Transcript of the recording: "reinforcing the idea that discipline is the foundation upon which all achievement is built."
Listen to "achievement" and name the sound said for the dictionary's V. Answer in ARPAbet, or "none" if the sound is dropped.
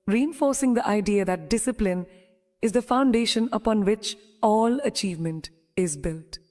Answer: V